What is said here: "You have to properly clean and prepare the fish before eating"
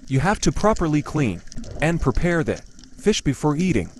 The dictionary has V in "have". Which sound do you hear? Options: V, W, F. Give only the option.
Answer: F